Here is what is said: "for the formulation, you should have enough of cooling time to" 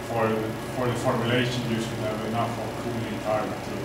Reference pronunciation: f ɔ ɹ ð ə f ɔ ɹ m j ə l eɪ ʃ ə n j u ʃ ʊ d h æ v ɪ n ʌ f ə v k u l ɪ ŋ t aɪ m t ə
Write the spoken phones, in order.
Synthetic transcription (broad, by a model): f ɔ ɹ ð ə f ɔ ɹ m j ə l eɪ ʃ ə n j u s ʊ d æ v ɪ n ʌ f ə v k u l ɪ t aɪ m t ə